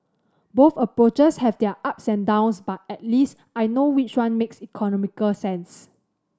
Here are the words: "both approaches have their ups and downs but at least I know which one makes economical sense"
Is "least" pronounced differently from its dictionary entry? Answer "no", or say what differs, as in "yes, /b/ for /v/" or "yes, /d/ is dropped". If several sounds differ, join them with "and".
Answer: no